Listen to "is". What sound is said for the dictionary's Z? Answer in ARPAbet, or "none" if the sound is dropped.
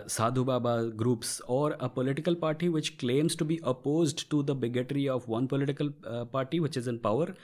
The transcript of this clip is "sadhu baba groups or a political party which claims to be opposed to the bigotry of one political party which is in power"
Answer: Z